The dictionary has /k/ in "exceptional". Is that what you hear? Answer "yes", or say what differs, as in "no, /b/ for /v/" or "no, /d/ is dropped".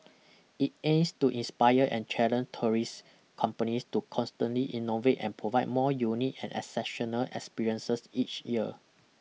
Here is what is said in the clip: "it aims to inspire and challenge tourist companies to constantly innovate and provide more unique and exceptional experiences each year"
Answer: no, /k/ is dropped